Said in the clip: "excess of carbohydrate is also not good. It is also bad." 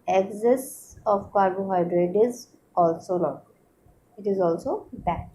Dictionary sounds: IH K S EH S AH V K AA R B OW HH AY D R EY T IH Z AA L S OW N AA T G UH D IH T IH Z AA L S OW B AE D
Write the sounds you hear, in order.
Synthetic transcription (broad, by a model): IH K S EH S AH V K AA R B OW HH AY D R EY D IH Z AA L S OW L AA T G IH T IH Z AA L S OW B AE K